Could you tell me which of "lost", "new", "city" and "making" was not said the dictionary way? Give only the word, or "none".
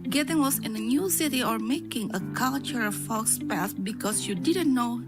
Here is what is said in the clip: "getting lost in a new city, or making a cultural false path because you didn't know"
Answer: lost